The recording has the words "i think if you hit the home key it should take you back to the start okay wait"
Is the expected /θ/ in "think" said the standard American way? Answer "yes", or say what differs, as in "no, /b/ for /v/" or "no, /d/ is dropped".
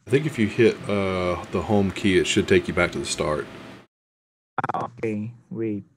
yes